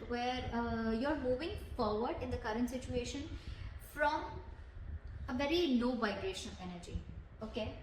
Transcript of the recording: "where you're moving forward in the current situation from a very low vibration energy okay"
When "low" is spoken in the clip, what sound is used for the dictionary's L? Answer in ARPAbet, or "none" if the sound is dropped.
N